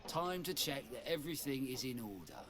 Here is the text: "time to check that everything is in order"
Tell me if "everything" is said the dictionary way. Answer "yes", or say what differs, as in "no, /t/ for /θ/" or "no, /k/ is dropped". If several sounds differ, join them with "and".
yes